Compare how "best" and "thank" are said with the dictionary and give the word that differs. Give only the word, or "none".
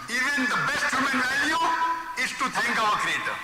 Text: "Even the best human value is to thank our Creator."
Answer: thank